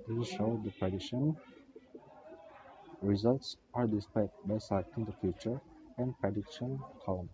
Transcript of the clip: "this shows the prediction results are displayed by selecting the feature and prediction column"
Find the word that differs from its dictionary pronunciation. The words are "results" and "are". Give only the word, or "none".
none